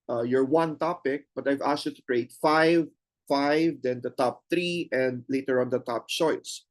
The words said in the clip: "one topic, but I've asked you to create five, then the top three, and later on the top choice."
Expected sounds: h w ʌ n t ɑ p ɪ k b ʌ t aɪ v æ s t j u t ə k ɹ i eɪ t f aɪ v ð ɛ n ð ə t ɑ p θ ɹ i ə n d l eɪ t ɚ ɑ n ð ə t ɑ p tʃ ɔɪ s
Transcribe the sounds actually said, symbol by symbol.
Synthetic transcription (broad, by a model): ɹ w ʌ n t ɑ p ɪ k b ʌ t aɪ v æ s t j u t ə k ɹ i eɪ t f aɪ v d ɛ n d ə t ɑ p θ ɹ i ə n d l eɪ t ɚ ɑ n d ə t ɑ p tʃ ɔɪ s